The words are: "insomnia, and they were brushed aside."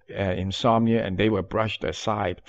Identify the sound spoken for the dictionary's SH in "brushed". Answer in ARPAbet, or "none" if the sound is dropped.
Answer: SH